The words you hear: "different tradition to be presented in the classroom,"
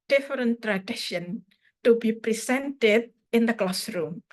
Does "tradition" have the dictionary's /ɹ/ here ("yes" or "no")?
yes